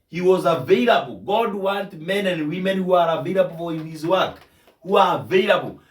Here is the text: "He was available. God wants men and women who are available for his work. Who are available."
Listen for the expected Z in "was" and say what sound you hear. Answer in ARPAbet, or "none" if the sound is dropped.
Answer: Z